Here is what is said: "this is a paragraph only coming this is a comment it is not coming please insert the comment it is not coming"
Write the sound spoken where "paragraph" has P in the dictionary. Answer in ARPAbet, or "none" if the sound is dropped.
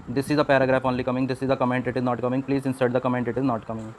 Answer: P